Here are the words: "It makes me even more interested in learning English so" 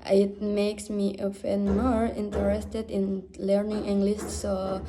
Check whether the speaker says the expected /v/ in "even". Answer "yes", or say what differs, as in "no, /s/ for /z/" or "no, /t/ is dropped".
no, /f/ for /v/